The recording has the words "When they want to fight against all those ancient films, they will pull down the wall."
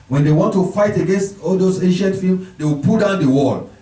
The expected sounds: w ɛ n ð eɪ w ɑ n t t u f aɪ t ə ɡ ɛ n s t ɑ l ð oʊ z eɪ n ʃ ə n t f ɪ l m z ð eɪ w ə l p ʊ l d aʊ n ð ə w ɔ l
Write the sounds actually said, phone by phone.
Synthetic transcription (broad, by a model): w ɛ n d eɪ w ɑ n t t u f aɪ t ə ɡ ɛ n s t ɑ l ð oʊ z eɪ n ʃ ə n t f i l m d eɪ w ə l p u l d aʊ n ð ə w ɔ l